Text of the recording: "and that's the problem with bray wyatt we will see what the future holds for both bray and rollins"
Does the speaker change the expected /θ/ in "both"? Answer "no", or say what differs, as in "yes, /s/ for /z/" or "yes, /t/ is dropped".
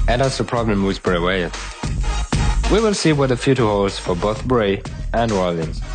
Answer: no